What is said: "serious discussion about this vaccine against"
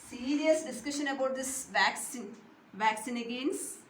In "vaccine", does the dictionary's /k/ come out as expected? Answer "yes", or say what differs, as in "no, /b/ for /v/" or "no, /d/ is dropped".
yes